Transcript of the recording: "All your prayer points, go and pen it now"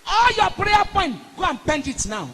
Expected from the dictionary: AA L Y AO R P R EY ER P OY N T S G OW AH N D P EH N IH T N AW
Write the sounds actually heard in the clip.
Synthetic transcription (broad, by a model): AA L Y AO P R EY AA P OY N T G OW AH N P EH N IH T N AW